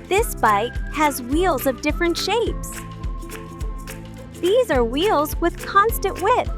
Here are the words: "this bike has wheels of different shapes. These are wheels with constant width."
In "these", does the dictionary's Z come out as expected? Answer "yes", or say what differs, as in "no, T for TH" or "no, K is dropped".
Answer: yes